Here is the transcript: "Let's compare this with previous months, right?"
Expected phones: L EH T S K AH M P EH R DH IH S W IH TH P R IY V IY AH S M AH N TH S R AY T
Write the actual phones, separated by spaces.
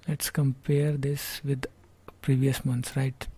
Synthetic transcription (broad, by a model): L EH T S K AH M P EH R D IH S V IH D P R IY V IY AH S M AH N T S R AY T